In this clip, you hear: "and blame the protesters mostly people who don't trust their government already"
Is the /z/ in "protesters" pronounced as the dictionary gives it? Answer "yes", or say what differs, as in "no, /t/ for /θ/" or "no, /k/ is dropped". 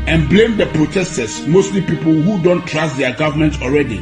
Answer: no, /s/ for /z/